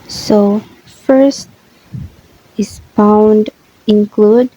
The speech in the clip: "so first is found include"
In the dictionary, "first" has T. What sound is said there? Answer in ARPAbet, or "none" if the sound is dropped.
T